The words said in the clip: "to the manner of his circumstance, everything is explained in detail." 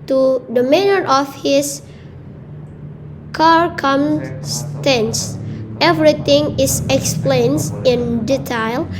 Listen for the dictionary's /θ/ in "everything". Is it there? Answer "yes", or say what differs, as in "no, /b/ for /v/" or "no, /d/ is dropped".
no, /t/ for /θ/